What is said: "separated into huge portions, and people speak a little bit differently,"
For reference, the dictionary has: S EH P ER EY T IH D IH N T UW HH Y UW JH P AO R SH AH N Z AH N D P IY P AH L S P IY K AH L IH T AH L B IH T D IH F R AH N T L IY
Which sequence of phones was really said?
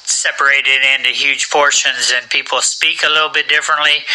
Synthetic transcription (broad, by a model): S EH P ER EY T IH D IH N T UW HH Y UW ZH P AO R SH AH N Z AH N P IY P L S P IY K AH L IH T L B IH T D IH F R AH N T L IY